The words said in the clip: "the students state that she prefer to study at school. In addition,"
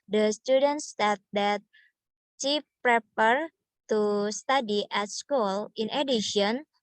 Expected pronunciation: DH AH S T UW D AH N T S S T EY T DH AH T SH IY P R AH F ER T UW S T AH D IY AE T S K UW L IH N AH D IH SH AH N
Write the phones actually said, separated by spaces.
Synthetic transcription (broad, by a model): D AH S T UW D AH N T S S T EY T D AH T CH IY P R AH P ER T UW S T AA D IY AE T S K UW L IH N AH D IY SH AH N